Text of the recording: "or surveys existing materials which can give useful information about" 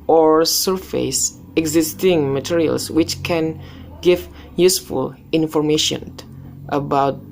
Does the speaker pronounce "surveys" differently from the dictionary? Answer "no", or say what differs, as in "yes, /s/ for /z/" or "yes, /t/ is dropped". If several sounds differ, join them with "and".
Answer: yes, /f/ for /v/ and /s/ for /z/